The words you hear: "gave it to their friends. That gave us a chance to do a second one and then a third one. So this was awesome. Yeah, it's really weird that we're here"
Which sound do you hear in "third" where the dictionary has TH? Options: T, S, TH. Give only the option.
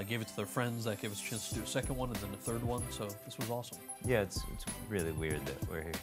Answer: TH